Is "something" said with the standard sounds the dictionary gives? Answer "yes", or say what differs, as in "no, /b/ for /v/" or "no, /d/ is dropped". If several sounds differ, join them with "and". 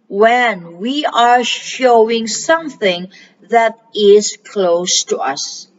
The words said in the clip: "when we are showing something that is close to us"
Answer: yes